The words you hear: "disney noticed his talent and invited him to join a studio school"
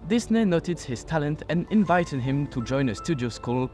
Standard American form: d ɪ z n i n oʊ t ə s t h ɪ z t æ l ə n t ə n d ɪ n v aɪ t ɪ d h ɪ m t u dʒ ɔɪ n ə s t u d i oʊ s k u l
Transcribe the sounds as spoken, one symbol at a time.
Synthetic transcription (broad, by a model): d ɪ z n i n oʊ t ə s h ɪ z t æ l ə n t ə n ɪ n v aɪ t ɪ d h ɪ m t u dʒ ɔɪ n ə s t u d i oʊ s k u l